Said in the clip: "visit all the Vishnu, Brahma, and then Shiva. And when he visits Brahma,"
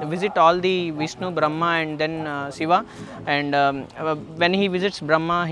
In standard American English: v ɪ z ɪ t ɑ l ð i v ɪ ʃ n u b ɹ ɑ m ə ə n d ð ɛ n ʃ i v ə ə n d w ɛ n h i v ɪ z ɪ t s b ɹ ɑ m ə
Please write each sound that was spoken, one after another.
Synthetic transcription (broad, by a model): v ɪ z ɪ t ɑ l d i v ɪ s n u b ɹ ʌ m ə ə n d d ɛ n s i v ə ə n d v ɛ n h i v ɪ z ɪ t s b ɹ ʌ m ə